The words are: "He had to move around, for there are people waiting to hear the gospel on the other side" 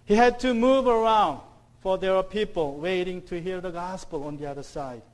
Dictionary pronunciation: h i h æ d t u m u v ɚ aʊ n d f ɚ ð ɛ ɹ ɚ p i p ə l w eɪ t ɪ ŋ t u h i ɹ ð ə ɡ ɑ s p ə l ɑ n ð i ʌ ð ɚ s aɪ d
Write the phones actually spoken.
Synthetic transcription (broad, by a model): h i h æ d t u m u v ɚ aʊ n d f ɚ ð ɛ w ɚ p i p ə l w eɪ t ɪ ŋ t u h i ɹ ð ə ɡ ɑ s p ə l ɑ n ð i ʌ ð ɚ s aɪ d